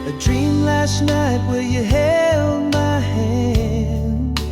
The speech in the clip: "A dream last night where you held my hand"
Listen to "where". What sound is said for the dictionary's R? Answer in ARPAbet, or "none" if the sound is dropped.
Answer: L